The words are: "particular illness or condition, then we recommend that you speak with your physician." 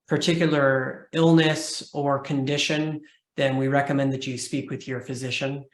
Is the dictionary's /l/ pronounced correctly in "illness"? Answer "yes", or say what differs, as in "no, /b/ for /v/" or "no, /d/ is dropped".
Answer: yes